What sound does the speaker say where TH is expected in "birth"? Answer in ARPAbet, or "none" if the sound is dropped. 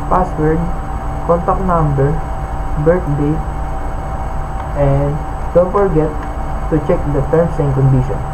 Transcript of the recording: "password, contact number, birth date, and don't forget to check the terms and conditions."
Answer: T